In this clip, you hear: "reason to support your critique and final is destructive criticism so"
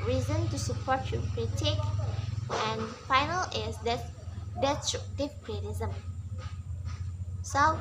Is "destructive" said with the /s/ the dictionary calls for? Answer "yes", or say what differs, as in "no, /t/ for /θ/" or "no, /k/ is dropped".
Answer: no, /s/ is dropped